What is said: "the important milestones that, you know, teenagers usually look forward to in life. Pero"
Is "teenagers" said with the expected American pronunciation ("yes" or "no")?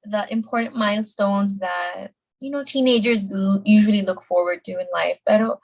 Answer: yes